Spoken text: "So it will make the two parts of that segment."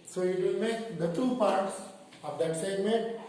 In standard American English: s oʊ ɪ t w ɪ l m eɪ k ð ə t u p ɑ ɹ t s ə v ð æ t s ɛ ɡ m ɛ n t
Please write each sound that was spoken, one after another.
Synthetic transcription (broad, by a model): s oʊ ɪ t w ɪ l m eɪ k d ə t u p ɑ ɹ t s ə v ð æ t s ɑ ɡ m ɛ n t